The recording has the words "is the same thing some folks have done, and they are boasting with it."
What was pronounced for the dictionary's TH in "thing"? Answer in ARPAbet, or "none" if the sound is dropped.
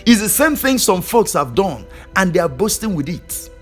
TH